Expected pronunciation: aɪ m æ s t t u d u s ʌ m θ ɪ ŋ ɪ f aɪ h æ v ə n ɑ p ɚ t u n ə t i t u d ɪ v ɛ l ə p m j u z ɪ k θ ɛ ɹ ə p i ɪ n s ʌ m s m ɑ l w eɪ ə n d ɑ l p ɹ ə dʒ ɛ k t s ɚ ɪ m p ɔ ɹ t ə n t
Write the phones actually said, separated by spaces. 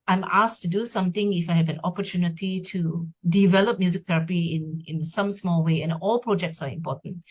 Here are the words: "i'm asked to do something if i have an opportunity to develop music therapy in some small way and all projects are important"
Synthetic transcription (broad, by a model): aɪ m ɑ s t t u d u s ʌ m t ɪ ŋ ɪ f aɪ h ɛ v ə n ɑ p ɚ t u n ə t i t u d ɪ v ɛ l ə p m j u z ɪ k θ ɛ ɹ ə p i ɪ n s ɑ m s m ɑ l w eɪ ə n ɑ l p ɹ ə dʒ ɛ k t s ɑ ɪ m p ɔ t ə n t